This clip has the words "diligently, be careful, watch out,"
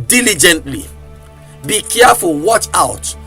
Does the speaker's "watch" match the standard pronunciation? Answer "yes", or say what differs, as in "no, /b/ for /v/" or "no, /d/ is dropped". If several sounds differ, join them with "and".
yes